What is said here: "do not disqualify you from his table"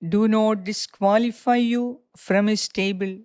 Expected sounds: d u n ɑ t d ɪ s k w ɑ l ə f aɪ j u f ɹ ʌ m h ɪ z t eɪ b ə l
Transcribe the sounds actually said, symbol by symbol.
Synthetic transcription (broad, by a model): d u n ɑ t d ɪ s k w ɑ l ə f aɪ j u f ɹ ʌ m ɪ s t eɪ b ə l